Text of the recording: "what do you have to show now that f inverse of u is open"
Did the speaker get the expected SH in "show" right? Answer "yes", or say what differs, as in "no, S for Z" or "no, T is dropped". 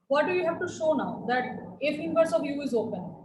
yes